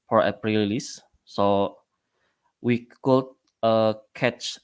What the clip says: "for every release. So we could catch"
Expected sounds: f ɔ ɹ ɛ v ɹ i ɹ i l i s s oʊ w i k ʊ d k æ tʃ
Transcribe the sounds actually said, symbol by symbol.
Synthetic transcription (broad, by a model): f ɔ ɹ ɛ p ɹ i l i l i s s oʊ w i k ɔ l k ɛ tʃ